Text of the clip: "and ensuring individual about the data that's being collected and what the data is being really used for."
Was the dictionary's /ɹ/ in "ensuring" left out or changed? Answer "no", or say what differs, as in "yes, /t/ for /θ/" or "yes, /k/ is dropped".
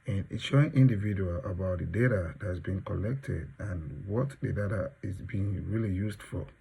yes, /ɹ/ is dropped